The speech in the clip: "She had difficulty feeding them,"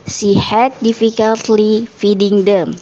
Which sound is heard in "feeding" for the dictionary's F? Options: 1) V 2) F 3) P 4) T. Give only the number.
2